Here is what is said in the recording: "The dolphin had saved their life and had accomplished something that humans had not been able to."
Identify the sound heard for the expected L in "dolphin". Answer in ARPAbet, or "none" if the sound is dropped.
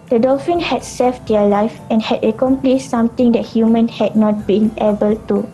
L